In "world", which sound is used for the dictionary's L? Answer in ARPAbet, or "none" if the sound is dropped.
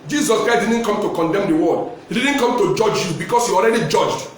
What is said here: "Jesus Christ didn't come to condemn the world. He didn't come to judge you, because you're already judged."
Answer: none